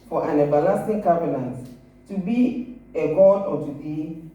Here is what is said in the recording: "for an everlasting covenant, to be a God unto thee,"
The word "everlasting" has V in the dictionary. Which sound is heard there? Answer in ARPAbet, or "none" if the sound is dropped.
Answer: B